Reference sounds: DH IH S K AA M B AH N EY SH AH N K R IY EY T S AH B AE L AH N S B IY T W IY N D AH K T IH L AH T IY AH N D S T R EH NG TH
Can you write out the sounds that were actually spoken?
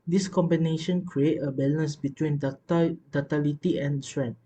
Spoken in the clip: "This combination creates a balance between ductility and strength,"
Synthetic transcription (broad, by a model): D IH S K AA M B AH N EY SH AH N K R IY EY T AH B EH L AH N S B IY T W IY N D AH T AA L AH T IY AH N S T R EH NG